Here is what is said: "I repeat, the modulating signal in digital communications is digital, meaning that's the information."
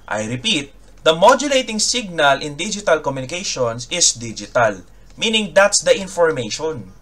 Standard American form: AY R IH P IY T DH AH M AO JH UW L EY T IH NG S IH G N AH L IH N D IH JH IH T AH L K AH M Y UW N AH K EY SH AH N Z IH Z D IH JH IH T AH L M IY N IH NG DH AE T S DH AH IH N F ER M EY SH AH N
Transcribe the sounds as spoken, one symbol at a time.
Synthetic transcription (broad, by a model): AY R IH P IY T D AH M AO JH UW L EY T IH NG S IH G N AH L IH N D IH JH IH T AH L K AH M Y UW N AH K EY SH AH N S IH S D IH JH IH T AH L M IY N IH NG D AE T S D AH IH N F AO M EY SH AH N